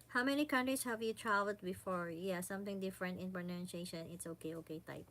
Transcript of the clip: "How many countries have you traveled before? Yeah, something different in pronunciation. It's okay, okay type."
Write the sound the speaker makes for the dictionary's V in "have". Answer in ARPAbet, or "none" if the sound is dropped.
V